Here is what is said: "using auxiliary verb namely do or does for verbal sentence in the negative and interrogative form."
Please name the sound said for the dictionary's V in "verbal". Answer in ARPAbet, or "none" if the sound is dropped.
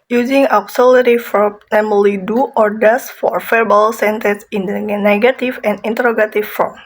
F